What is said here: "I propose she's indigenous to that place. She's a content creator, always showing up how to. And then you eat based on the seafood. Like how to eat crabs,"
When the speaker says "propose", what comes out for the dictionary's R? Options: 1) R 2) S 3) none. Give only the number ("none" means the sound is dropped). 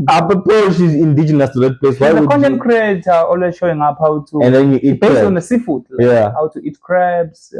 3